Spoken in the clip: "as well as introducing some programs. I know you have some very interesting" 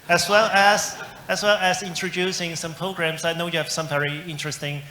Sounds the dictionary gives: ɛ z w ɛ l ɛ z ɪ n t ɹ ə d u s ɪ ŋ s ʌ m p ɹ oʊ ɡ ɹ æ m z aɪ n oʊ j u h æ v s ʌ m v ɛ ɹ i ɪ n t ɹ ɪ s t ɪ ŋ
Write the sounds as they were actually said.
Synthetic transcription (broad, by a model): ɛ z w ɛ l ɛ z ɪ n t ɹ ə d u s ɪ ŋ s ʌ m p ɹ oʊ ɡ ɹ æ m s aɪ n oʊ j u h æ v s ʌ m v ɛ ɹ i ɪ n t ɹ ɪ s t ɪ ŋ